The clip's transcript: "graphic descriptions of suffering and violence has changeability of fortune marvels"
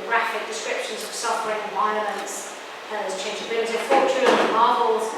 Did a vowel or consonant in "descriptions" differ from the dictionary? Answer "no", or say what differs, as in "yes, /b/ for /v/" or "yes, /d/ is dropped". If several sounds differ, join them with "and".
no